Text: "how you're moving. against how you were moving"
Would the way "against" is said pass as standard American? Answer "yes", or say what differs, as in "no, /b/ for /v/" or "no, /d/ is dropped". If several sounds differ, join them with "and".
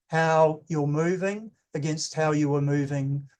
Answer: yes